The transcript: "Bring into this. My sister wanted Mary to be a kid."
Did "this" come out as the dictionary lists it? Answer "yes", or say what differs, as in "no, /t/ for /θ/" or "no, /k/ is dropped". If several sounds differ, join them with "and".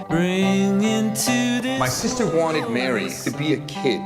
no, /s/ is dropped